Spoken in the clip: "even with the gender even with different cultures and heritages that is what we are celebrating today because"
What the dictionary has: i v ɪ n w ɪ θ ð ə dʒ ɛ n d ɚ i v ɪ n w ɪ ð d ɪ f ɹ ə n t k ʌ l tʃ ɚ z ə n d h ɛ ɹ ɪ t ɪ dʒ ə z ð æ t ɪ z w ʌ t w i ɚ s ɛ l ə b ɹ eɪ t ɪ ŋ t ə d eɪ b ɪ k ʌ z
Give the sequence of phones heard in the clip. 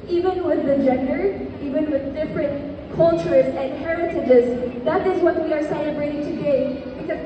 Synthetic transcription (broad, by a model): i v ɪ n w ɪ ð ə dʒ ɛ n d ɚ i v ɪ n w ɪ ð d ɪ f ɹ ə n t k ʌ l tʃ ɚ z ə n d h ɛ ɹ ɪ t ɪ dʒ ə z ð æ t ɪ z w ʌ t w i ɚ s ɛ l ə b ɹ eɪ t ɪ ŋ t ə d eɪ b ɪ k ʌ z